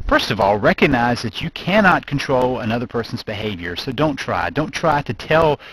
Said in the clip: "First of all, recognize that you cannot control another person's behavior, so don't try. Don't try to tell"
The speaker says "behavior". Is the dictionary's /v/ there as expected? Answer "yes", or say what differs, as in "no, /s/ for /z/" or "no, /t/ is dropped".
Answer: yes